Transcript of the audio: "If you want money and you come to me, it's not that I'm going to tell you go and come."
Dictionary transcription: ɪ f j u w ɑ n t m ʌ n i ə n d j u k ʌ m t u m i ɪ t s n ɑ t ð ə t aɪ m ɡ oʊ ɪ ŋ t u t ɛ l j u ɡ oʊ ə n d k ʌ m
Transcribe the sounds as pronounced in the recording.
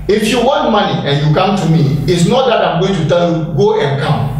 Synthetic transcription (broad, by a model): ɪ f j u w ɑ n t m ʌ n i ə n j u k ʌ m t u m i ɪ t s n ɑ t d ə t aɪ m ɡ oʊ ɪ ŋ t u t ɛ l j u ɡ oʊ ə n k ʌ m